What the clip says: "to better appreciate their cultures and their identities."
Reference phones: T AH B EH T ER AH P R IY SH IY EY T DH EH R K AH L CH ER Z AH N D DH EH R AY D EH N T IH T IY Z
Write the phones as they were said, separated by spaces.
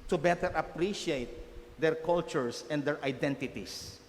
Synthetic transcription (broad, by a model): T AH B EH T ER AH P R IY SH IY EY T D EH R K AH L CH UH S AH N D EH R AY D EH N T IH T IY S